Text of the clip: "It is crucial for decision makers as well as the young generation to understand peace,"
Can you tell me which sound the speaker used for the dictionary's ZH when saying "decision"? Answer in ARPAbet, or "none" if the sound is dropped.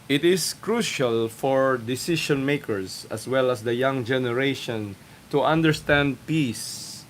SH